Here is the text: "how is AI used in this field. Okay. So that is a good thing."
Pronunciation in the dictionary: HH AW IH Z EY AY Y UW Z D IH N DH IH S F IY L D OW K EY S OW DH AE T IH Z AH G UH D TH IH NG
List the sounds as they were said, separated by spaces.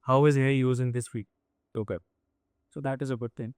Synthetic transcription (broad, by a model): HH AW IH Z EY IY Y UW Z IH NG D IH S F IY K OW K EY S OW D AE T IH Z AH G UH D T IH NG